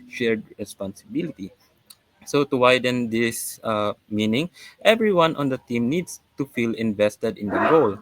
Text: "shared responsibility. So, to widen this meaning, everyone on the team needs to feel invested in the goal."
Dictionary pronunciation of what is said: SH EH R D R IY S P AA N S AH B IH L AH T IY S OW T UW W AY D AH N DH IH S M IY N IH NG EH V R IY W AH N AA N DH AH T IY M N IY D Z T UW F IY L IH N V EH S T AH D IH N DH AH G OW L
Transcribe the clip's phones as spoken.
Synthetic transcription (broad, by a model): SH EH R D R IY S P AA N S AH B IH L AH T IY S OW T UW W AY D AH N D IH S M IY N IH NG EH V R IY W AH N AA N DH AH T IY M N IY D S T UW F IY L IH N V EH S T AH D IH N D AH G OW L